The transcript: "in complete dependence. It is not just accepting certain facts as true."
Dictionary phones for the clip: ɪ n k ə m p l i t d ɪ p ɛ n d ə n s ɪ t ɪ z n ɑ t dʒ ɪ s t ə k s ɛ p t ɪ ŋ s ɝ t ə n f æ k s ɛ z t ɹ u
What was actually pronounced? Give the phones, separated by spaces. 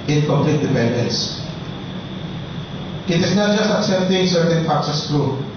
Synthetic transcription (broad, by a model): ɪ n k ə m p l i t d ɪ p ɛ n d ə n s ɪ t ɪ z n ɑ t dʒ ɪ s t ə k s ɛ p t ɪ ŋ s ɝ t ə n p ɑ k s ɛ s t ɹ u